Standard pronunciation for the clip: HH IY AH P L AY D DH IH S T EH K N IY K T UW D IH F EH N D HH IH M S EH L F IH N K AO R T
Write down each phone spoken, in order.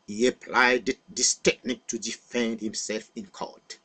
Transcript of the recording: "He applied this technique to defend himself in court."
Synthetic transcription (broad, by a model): HH IY AH P L AY D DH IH S T EH K N IY K T UW D IH F EH N D HH IH M S EH L F IH N K AO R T